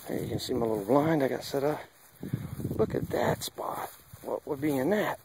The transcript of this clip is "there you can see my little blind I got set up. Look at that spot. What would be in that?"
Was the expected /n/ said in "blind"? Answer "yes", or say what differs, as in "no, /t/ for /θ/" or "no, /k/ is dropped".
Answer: yes